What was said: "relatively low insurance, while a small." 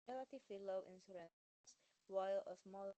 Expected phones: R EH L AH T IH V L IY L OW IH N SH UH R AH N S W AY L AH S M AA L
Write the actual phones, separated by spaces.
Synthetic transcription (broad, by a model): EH L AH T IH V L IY L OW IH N S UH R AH S W AY L AH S M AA L